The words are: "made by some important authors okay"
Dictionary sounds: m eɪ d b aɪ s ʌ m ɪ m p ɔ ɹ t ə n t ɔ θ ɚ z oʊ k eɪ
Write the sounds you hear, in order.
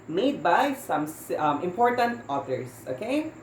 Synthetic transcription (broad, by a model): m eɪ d b aɪ s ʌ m ɪ m p ɔ ɹ t ə n t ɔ t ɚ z oʊ k eɪ